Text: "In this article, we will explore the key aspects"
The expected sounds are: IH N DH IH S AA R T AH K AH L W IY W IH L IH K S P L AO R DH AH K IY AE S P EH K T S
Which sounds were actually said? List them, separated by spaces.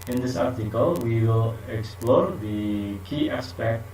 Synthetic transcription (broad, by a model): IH N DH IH S AA R T AH K AH L W IY W IH L IH K S P L AO R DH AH K IY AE S P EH K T